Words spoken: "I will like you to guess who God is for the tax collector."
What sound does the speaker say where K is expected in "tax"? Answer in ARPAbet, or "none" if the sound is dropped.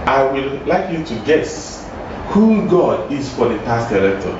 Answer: none